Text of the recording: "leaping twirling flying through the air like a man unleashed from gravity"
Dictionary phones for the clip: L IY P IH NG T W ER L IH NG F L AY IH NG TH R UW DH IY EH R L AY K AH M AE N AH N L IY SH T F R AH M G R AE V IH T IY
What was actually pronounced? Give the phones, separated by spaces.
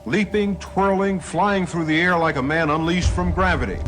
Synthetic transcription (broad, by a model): L IY P IH NG T W ER L IH NG F L AY IH NG TH R UW DH IY EH R L AY K AH M AE N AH N L IY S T F R AH M G R AE V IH T IY